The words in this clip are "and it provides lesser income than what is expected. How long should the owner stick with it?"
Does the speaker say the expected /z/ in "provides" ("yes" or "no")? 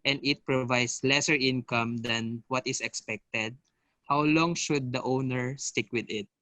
no